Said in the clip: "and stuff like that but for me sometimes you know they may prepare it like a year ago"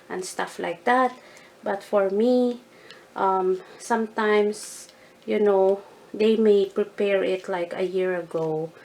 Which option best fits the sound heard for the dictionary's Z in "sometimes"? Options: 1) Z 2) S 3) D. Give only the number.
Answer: 2